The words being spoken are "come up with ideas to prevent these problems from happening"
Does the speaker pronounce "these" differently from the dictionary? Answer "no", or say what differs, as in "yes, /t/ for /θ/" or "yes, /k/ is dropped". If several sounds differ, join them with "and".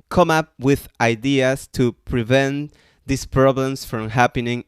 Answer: yes, /s/ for /z/